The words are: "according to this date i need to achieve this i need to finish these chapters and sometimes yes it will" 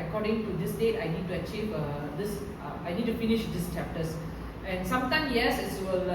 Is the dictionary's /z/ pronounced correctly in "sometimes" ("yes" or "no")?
no